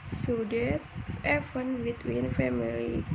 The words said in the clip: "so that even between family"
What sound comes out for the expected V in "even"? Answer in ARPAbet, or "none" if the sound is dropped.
F